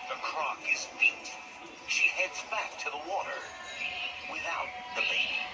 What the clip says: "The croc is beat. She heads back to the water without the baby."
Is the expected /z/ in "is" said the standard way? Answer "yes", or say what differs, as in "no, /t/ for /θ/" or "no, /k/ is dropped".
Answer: yes